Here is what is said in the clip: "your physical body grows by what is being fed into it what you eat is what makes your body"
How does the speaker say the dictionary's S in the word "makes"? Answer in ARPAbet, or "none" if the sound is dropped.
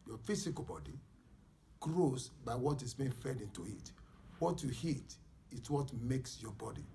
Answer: S